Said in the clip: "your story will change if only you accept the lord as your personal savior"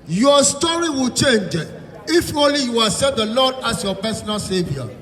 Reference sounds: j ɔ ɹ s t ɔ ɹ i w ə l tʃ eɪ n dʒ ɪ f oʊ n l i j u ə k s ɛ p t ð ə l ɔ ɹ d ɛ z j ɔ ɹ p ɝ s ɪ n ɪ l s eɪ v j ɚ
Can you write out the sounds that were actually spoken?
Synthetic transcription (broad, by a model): j ɔ s t ɔ ɹ i w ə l tʃ eɪ n dʒ ɪ f oʊ n l i j u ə s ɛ t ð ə l ɔ d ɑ s j ɔ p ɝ s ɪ n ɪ l s eɪ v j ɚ